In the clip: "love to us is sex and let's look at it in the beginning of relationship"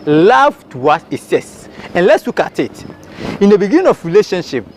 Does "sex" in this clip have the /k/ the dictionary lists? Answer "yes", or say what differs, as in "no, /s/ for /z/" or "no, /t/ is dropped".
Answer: no, /k/ is dropped